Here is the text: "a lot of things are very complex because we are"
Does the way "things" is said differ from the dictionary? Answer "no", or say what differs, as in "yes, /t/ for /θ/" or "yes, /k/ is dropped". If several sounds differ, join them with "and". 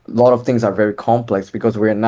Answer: yes, /t/ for /θ/